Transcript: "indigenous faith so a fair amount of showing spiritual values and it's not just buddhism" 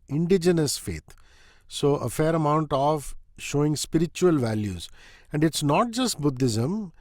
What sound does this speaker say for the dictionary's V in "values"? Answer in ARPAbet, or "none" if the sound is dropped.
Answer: V